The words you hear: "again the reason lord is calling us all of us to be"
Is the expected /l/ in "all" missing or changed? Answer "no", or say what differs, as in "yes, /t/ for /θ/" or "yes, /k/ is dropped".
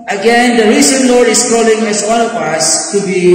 yes, /n/ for /l/